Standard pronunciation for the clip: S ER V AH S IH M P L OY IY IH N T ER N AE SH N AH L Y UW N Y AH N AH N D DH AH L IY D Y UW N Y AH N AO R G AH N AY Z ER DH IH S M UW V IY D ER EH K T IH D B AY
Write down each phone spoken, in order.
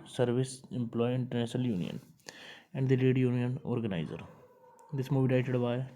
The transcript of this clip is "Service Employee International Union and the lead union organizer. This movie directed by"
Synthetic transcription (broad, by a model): S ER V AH S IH M P L OY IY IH N T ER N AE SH N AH L Y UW N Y AH N AH N D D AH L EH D Y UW N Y AH N AO R G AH N AY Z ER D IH S M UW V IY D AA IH T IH D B AY